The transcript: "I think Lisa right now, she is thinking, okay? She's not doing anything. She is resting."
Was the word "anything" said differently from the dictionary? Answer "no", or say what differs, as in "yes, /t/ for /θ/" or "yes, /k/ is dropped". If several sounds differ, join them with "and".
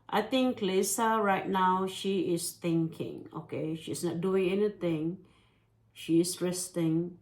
yes, /t/ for /θ/